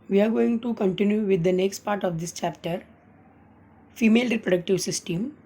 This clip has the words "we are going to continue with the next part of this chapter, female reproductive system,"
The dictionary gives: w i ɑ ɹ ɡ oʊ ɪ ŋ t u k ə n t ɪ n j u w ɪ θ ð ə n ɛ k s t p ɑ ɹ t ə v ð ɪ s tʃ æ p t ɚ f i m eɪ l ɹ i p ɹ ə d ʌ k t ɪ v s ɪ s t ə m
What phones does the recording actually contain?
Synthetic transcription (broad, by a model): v i ɑ ɹ ɡ oʊ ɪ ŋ t u k ə n t ɪ n j u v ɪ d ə n ɛ k s t p ɑ ɹ t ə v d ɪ s tʃ æ p t ɚ f i m eɪ l ɹ i p ɹ ə d ʌ k t ɪ v s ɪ s t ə m